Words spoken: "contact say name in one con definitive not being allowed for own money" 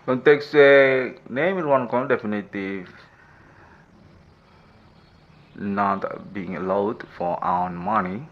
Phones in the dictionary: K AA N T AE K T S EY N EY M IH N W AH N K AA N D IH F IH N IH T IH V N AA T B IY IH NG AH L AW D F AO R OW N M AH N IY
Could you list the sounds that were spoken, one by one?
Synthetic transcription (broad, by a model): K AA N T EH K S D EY N EY M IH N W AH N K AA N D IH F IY N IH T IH N AA T B IY IH NG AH L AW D F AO W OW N M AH N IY